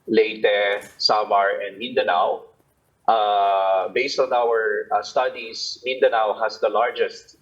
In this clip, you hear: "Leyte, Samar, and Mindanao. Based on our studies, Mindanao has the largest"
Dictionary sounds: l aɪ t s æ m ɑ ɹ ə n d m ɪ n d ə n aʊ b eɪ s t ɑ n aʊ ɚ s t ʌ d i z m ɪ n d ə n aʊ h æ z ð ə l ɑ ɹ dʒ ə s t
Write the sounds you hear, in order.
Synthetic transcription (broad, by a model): l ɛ t s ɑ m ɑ ɹ ə n d m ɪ n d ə n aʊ b eɪ s t ɑ n aʊ ɚ s t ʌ d i s m ɪ n d ə n aʊ h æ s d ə l ɑ ɹ dʒ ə s t